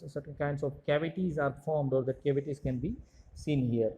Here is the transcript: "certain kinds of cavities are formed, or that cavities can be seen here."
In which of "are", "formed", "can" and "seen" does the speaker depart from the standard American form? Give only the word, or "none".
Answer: none